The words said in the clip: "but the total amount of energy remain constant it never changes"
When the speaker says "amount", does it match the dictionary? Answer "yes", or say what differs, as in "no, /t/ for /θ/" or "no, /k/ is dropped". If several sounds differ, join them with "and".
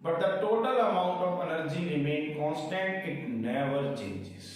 yes